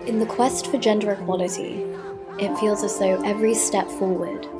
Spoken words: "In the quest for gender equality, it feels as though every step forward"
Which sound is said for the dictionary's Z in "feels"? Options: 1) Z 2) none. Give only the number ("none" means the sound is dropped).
1